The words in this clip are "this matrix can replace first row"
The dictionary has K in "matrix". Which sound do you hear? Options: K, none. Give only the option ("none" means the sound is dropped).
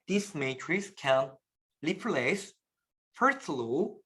none